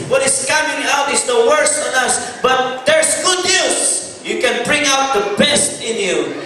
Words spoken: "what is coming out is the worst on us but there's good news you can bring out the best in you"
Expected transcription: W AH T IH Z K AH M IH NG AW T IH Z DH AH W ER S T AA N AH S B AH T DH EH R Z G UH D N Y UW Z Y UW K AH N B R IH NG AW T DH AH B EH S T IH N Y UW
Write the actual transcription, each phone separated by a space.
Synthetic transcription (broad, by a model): W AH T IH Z K AH M IH NG AW T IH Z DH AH W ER S AA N AH S B AH T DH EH R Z G UH D N Y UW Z Y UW K AH N B R IH NG AW T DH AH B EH S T IH N Y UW